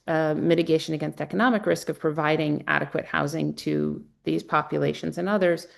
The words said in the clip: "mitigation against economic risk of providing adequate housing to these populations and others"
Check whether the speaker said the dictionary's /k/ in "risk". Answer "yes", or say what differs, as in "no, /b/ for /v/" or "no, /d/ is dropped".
yes